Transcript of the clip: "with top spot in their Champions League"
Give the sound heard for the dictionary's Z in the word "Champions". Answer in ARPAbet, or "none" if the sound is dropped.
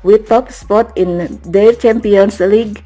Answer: S